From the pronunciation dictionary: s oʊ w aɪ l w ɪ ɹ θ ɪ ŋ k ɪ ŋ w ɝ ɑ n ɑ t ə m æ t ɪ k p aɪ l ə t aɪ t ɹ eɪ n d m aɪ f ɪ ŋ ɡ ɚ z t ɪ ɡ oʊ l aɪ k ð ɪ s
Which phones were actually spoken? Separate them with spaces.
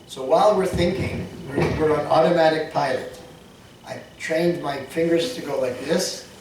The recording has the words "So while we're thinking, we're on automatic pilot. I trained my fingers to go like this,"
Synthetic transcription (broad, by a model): s oʊ w aɪ l w ɪ ɹ θ ɪ ŋ k ɪ ŋ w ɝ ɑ n ɑ t ə m æ t ɪ k p aɪ l ə t aɪ t ɹ eɪ n d m aɪ f ɪ ŋ ɡ ɚ z t ɪ ɡ oʊ l aɪ k ð ɪ s